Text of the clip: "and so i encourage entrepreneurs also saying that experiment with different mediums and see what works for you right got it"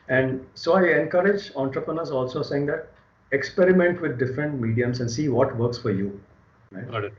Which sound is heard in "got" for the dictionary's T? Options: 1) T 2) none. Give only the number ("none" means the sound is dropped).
2